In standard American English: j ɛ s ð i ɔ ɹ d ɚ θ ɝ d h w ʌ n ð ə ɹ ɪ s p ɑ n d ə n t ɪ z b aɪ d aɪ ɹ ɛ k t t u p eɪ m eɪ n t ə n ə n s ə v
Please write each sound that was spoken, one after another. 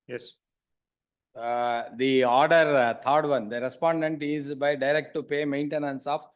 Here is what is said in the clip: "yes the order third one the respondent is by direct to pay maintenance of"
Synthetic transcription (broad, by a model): j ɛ s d i ɔ ɹ d ɚ t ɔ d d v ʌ n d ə ɹ ɪ s p ɑ n d ə n t ɪ z b aɪ d aɪ ɹ ɛ k t t u p eɪ m eɪ n t ə n ə n s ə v